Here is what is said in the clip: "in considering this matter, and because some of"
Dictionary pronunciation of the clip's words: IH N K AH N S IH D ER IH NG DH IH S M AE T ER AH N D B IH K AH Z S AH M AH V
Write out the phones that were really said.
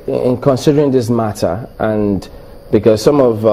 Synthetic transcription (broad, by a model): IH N K AH N S IH D ER IH NG DH IH S M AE T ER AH N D B IH K AH Z S AH M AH V